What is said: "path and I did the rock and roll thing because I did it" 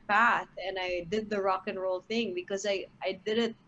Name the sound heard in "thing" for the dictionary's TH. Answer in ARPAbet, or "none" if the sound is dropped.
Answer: TH